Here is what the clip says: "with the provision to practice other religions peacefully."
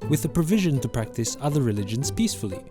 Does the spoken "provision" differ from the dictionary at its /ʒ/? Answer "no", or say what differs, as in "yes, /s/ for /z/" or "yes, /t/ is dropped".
no